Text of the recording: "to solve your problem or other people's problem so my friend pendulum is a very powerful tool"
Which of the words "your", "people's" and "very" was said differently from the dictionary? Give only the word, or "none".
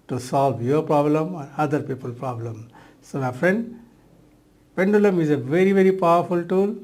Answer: people's